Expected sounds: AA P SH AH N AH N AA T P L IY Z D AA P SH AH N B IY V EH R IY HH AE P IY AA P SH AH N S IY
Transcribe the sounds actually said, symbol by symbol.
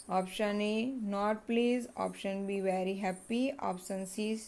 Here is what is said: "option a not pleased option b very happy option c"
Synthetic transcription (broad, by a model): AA P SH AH N AH N AA T P L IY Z AA P SH AH N B IY V EH R IY HH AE P IY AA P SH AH N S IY